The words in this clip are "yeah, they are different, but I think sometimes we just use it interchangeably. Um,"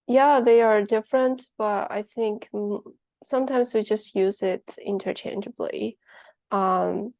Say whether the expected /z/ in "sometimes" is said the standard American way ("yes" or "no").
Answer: yes